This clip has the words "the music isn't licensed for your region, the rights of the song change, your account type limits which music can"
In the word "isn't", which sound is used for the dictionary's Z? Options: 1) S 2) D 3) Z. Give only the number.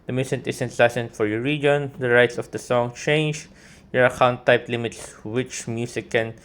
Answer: 1